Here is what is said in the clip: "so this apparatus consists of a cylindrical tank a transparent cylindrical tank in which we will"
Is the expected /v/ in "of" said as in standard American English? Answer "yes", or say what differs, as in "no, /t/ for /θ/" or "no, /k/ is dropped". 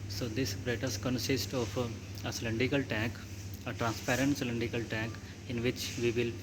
no, /p/ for /v/